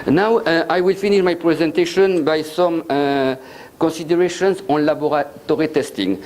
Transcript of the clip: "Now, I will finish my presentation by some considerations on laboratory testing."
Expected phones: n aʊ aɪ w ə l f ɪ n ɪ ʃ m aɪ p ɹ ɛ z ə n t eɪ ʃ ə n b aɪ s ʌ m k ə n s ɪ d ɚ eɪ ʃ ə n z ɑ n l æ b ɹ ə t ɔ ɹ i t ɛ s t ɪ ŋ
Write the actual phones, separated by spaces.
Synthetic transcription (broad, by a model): n aʊ aɪ w ə l f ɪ n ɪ ʃ m aɪ p ɹ ɛ z ə n t eɪ ʃ ə n b aɪ s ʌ m k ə n s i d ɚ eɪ ʃ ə n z ɑ n l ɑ b ɹ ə t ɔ ɹ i t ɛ s t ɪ ŋ